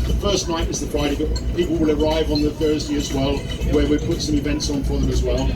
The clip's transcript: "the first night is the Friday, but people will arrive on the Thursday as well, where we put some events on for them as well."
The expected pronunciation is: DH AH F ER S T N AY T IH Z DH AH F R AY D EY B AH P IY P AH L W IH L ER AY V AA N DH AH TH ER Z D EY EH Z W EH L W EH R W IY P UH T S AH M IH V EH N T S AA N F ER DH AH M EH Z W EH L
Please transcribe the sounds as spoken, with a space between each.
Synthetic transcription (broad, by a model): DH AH F ER S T N AY T IH Z DH AH F R AY D EY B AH P IY P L W IH L ER AY V N DH AH TH ER Z D EY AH Z W EH L W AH R W IY P UH T S AH M IH V EH N T S N F ER DH AH M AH Z W EH L